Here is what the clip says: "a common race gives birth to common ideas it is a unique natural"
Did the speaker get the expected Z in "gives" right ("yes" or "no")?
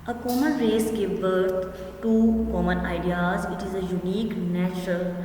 no